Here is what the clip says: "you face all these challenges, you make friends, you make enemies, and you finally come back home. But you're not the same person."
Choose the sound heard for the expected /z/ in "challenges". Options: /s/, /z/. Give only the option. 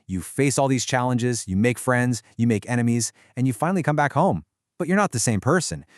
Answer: /z/